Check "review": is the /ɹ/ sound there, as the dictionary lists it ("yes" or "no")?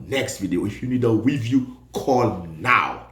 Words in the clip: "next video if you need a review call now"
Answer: no